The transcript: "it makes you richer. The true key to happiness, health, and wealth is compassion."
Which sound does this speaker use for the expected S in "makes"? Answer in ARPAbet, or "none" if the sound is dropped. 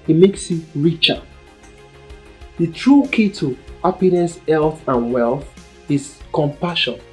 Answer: S